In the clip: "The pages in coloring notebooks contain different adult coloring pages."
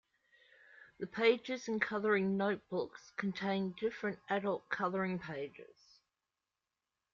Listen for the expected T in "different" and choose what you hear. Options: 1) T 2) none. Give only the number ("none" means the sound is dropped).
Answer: 1